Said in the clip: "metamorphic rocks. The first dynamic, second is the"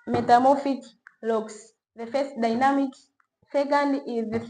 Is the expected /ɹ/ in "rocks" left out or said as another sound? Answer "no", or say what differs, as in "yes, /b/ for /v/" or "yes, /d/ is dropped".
yes, /l/ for /ɹ/